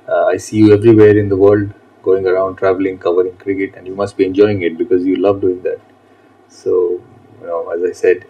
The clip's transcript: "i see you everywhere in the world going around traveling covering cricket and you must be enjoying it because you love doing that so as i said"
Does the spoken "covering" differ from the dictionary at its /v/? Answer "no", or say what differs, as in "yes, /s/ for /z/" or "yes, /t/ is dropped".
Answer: no